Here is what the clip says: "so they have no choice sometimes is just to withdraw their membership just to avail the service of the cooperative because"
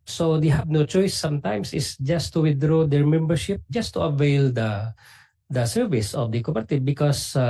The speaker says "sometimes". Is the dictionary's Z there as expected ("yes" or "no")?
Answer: no